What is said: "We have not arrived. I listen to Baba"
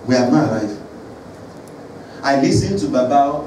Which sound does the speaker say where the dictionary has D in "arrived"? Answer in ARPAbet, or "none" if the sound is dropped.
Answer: none